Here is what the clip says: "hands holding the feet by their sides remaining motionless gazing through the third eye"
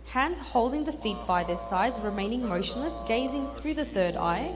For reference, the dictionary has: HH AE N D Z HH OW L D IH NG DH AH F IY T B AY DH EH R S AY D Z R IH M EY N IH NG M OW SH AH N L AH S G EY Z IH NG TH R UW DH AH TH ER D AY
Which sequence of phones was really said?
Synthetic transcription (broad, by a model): HH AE N D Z HH OW L D IH NG DH AH F IY T B AY DH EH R S AY D Z R IH M EY N IH NG M OW SH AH N L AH S G EY Z IH NG TH R UW DH AH TH ER D AY